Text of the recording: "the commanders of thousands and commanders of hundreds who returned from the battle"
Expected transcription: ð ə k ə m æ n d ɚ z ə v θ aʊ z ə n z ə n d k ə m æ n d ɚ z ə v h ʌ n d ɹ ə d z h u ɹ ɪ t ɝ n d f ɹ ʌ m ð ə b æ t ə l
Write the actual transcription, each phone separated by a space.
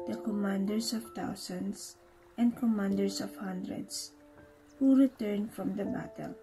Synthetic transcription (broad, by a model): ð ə k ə m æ n d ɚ s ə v t aʊ s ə n s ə n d k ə m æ n d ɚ s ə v h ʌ n d ɹ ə d s h u ɹ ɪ t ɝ n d f ɹ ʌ m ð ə b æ t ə l